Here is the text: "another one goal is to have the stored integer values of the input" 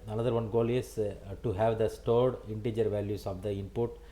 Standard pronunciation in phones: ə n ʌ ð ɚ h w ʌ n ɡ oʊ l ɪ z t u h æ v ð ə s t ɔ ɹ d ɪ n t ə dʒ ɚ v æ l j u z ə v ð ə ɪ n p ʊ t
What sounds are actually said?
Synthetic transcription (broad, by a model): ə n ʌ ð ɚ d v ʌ n ɡ oʊ l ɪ s t u h æ v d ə s t ɔ ɹ d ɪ n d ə dʒ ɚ v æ l j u s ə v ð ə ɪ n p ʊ t